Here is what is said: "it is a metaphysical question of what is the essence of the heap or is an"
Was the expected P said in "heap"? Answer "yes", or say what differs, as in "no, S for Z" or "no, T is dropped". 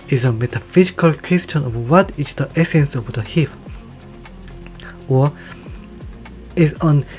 no, F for P